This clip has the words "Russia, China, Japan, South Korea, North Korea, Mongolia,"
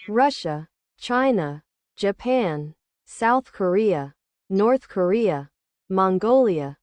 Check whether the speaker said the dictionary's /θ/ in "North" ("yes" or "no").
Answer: yes